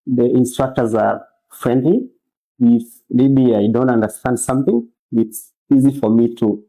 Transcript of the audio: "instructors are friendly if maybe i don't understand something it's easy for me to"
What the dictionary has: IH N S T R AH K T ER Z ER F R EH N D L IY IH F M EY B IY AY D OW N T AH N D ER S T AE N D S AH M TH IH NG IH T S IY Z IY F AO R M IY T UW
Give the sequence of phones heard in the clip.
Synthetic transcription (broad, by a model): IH N S T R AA K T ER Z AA F R EH N D L IY IH F M EY B IY AY D OW N T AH N D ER S T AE N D S AH M TH IH NG IH T S IY Z IY F AO R M IY T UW